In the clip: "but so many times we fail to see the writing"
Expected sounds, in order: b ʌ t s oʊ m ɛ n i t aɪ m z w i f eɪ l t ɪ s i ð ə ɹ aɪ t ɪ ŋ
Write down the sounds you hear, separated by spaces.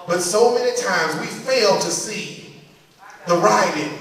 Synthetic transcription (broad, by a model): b ʌ t s oʊ m ɛ n i t aɪ m z w i f eɪ l t ɪ s i ð ə ɹ aɪ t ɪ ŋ